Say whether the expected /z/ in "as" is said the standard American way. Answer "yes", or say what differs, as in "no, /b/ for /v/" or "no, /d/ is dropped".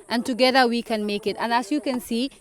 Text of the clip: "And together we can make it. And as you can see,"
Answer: no, /s/ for /z/